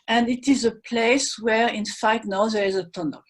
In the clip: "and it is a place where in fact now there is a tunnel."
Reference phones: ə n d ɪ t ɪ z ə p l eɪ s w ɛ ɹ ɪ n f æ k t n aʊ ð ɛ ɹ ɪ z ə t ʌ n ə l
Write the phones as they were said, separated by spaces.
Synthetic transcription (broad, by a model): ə n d ɪ t ɪ z ə p l eɪ s w ɛ ɹ ɪ n f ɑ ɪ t n aʊ ð ɛ ɹ ɪ z ə t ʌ n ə l